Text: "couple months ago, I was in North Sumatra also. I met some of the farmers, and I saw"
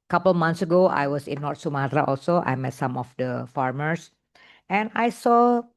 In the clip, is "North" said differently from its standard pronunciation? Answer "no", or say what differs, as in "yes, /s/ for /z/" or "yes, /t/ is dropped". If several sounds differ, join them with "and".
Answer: yes, /t/ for /θ/